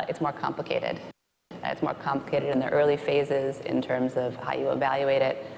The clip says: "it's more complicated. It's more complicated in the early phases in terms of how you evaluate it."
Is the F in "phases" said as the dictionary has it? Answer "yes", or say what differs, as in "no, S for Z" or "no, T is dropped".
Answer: yes